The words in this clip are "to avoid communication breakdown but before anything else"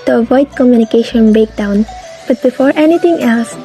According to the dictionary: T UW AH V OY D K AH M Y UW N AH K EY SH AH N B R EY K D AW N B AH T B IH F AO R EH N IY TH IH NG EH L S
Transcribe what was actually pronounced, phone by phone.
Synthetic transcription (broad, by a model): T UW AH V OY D K AH M Y UW N AH K EY SH AH N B EY K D AW N B AH T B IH F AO R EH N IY T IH NG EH L S